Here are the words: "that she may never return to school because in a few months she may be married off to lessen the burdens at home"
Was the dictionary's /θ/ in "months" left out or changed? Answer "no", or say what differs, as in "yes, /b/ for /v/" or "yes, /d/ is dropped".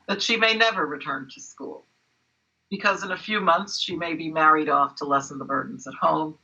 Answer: no